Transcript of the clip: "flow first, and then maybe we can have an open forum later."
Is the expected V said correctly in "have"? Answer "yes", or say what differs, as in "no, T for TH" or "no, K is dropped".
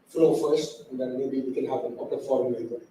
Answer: no, P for V